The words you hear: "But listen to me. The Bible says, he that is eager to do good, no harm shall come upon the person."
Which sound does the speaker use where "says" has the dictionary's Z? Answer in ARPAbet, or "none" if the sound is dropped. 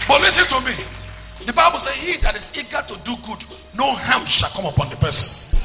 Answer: none